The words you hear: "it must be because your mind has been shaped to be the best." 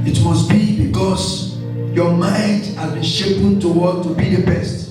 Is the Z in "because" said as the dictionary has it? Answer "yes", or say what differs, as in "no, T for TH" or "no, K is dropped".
no, S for Z